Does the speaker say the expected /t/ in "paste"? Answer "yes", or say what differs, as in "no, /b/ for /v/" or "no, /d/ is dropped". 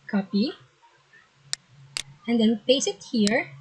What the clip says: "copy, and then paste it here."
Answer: no, /t/ is dropped